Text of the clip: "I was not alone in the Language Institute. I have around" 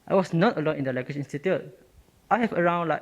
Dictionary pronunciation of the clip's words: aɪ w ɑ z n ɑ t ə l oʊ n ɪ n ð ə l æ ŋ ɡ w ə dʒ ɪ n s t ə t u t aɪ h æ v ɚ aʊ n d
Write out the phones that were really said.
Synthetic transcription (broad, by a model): aɪ w ɑ s n ɑ t ə l oʊ n ɪ n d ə l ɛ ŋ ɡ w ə ʃ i n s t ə t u t aɪ h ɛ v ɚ aʊ n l